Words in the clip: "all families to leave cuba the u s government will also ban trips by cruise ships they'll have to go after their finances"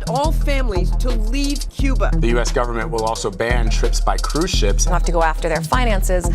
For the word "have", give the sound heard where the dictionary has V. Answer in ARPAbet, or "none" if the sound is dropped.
F